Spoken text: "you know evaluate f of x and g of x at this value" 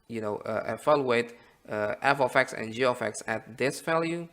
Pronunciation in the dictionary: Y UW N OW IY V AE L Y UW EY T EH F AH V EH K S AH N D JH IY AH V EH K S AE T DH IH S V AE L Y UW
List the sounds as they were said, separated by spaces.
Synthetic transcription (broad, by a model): Y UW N OW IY F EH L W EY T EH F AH F EH K S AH N JH IY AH F EH K S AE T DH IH S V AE L Y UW